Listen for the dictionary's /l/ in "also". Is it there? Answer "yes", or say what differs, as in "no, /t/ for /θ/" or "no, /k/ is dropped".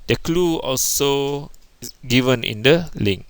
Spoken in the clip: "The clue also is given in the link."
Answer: yes